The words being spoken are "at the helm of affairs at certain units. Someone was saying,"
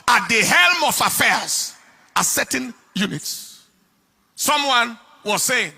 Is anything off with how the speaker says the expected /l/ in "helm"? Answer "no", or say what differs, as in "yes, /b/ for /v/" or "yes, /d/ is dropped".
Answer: no